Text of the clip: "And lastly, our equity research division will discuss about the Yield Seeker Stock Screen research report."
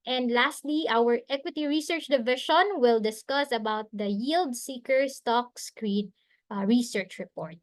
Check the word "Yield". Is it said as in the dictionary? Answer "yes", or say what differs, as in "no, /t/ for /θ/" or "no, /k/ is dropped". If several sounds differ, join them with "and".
yes